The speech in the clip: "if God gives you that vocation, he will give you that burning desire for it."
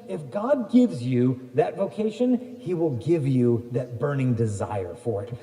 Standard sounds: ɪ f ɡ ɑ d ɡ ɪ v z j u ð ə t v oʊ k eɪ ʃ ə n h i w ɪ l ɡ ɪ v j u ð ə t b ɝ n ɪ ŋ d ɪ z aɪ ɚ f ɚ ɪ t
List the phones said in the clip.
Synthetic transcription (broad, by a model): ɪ f ɡ ɑ d ɡ ɪ v z j u ð ə t v oʊ k eɪ ʃ ə n h i w ɪ l ɡ ɪ v j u ð ə t b ɝ n ɪ ŋ d ɪ z aɪ ɚ f ɚ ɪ t